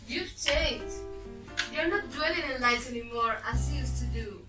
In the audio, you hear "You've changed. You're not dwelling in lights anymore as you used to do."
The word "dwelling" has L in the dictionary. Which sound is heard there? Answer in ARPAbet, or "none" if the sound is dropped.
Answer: none